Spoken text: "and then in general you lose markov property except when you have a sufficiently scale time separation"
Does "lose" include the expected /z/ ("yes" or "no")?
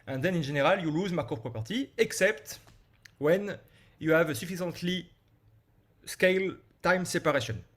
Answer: yes